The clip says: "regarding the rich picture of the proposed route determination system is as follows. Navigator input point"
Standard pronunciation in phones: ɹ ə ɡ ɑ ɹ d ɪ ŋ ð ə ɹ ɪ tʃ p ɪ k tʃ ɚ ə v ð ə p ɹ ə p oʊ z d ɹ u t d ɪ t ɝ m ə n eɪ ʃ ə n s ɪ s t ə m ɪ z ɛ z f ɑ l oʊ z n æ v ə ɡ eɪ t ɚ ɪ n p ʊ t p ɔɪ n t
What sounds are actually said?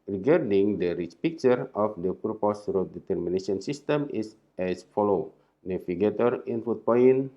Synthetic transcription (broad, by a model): ɹ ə ɡ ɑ ɹ d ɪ ŋ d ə ɹ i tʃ p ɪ k tʃ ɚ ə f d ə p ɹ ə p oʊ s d ɹ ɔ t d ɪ t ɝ m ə n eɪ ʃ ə n s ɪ s t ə m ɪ s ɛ s f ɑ l oʊ n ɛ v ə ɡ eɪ t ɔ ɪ n f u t p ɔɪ n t